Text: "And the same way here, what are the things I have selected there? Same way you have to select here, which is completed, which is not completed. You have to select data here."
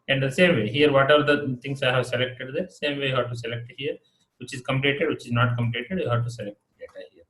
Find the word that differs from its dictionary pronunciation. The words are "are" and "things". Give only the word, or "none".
things